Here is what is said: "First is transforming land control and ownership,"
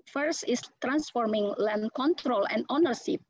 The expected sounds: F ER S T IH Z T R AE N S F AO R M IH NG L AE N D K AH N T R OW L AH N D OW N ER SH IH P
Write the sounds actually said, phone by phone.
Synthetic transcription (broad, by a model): F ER S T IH S T R AE N S F AO R M IH NG L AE N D K AH N T R OW L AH N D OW N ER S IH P